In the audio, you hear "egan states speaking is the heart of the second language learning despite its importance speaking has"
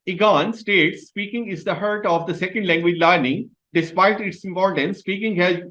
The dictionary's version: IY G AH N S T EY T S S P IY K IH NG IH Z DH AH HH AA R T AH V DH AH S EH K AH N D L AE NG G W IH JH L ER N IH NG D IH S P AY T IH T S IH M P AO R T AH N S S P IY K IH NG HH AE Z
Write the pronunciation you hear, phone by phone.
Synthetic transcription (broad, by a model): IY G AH N S T EY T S S P IY K IH NG IH Z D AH HH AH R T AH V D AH S EH K AH N D L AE NG G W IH JH L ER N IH NG D IH S P AY T IH T S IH M P AO R T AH N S S P IY K IH NG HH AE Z